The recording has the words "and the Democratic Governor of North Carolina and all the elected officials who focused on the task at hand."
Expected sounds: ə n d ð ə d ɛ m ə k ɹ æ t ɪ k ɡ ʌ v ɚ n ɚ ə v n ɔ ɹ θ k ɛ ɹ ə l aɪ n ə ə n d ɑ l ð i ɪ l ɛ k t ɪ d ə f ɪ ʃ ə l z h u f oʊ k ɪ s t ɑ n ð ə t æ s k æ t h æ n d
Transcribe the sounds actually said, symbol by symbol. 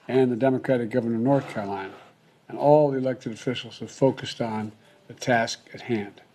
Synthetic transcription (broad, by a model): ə n ð ə d ɛ m ə k ɹ æ t ɪ k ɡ ʌ v ɚ n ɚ ə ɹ n ɔ ɹ θ k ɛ ɹ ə l aɪ n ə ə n ɑ l ð i ɪ l ɛ k t ɪ d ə f ɪ ʃ l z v f oʊ k ɪ s t n ð ə t æ s k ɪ t h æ n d